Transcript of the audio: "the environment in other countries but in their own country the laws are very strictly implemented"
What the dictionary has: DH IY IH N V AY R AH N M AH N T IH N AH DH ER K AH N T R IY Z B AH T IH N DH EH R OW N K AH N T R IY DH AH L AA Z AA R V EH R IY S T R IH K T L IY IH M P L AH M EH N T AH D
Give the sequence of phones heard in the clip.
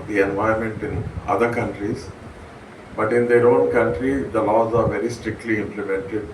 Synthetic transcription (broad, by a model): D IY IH N V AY AH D M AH N T IH N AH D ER K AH N T R IY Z B AH T IH N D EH R OW N K AH N T R IY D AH L AA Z AA R V EH R IY S T R IH K T L IY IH M P L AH M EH N T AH D